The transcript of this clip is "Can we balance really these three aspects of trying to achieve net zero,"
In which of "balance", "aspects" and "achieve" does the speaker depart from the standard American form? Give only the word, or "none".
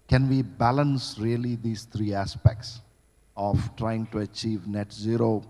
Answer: none